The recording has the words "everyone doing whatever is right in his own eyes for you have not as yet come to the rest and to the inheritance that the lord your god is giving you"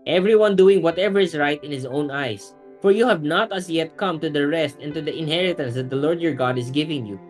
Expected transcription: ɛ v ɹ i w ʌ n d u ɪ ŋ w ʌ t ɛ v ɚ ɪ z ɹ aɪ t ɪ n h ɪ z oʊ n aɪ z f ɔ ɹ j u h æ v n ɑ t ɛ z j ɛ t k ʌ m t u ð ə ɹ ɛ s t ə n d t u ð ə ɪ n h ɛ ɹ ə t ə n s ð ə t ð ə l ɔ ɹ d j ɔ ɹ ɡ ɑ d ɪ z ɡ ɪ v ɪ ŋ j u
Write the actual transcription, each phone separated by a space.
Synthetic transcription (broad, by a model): ɛ v ɹ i w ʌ n d u ɪ ŋ w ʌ t ɛ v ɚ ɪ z ɹ aɪ t ɪ n h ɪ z oʊ n aɪ s f ɔ ɹ j u h æ v n ɑ t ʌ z j ɛ t k ʌ m t u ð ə ɹ ɛ s t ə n t u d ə ɪ n h ɛ ɹ ə t ə n s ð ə t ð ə l ɔ ɹ d j ɔ ɹ ɡ ɑ d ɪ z ɡ ɪ v ɪ ŋ j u